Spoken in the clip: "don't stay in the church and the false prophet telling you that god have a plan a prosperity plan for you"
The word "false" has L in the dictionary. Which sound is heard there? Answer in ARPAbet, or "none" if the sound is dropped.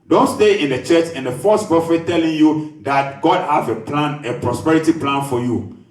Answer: none